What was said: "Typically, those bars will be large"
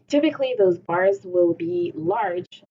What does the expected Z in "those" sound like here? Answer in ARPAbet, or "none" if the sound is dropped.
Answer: Z